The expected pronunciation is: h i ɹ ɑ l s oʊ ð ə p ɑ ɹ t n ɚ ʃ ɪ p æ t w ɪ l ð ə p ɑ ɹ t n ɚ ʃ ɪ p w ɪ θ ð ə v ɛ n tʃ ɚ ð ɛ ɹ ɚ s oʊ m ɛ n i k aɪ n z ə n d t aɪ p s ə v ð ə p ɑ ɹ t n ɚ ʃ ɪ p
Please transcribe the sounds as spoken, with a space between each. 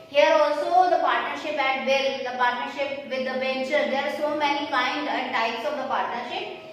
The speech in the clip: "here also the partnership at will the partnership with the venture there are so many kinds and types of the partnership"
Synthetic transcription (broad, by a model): h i ɹ ɑ l s oʊ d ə p ɑ ɹ t n ɚ ʃ ɪ p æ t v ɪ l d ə p ɑ ɹ t n ɚ ʃ ɪ p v ɪ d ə b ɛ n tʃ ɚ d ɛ ɹ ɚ s oʊ m ɛ n i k aɪ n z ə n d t aɪ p s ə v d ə p ɑ ɹ t n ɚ ʃ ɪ p